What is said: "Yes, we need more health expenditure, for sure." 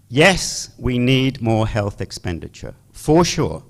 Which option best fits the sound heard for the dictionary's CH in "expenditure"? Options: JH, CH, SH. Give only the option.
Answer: CH